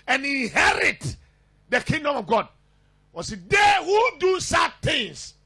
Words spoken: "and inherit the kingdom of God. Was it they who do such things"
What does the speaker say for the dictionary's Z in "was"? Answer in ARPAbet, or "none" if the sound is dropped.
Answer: S